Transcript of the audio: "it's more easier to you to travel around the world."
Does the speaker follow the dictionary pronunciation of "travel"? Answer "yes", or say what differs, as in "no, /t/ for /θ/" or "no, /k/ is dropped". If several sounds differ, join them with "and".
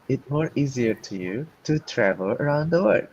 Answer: yes